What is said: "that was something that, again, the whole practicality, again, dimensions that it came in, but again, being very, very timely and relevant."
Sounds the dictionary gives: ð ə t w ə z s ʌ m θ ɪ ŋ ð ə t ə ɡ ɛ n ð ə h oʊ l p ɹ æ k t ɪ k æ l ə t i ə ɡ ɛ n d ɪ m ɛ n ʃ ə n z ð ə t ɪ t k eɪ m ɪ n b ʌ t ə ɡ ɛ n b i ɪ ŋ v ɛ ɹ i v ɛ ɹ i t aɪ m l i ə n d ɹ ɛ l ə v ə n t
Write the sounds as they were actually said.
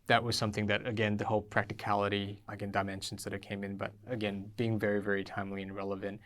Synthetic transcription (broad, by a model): ð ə t w ə z s ʌ m θ ɪ ŋ ð ə t ə ɡ ɛ n ð ə h oʊ l p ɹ æ k t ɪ k æ l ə t i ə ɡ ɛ n d ɪ m ɛ n ʃ n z ð ə t ɪ t k eɪ m ɪ n b ʌ t ə ɡ ɛ n b i ɪ ŋ v ɛ ɹ i v ɛ ɹ i t aɪ m l i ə n ɹ ɛ l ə v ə n t